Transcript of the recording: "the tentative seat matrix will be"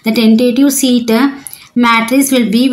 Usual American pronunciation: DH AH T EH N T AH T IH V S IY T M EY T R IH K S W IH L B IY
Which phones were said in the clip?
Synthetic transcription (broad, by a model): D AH T EH N T AH T IH V S IY T M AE T R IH S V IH L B IY